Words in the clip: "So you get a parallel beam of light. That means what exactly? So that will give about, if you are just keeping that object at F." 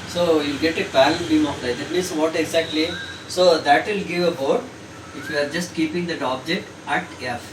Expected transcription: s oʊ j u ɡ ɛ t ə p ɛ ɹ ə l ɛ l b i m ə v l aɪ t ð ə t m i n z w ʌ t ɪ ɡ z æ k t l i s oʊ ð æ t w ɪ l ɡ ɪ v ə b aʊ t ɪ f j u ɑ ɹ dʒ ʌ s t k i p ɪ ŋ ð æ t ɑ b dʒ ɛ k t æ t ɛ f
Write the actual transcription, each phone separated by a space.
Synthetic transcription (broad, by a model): s oʊ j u ɡ ɛ t ə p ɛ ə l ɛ n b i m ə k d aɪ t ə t m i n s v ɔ t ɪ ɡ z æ k t l i s oʊ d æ t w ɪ l ɡ ɪ v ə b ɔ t ɪ f j u ɑ ɹ dʒ ʌ s t k i p ɪ ŋ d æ t ɑ b dʒ ɛ k t æ t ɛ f